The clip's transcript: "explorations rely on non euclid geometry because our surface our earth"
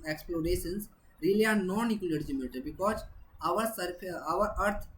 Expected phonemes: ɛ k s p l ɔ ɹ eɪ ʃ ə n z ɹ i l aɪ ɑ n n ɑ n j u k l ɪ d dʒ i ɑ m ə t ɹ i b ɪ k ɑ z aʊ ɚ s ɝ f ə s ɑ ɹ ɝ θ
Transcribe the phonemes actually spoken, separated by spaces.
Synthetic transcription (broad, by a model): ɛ k s p l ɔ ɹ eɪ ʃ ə n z ɹ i l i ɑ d n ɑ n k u l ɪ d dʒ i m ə t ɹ b ɪ k ɑ z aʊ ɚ s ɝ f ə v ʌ ɹ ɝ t